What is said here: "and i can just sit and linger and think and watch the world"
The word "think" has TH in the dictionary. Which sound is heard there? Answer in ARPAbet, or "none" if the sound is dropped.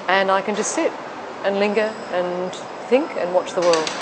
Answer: TH